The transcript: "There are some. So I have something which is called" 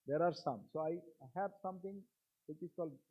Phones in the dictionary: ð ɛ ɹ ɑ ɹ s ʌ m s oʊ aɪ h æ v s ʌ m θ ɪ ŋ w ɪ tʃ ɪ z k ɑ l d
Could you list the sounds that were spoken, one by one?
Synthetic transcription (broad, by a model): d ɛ ɹ ɑ ɹ s ʌ m s oʊ aɪ h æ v s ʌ m t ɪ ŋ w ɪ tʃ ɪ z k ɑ l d